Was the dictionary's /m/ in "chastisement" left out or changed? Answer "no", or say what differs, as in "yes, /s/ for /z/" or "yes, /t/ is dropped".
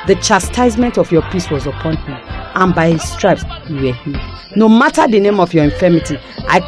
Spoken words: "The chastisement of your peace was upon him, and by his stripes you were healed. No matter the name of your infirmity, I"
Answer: no